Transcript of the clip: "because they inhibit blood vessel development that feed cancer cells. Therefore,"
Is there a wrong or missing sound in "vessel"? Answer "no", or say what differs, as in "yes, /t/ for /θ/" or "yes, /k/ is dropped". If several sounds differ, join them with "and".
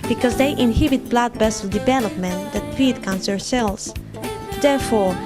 yes, /b/ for /v/